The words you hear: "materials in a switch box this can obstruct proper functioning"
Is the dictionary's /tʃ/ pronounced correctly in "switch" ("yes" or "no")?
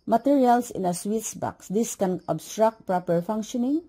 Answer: no